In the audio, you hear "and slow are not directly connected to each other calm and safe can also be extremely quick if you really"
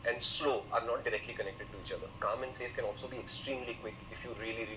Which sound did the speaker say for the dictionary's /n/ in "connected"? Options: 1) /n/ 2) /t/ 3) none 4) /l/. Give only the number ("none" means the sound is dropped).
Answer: 1